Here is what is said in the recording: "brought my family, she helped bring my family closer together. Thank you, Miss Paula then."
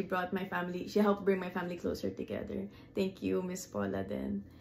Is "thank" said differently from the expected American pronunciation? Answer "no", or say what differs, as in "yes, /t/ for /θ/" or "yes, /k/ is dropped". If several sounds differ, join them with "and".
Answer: yes, /t/ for /θ/